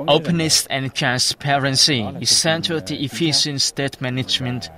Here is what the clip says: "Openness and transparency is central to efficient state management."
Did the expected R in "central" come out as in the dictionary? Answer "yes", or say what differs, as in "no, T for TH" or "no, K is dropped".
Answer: no, R is dropped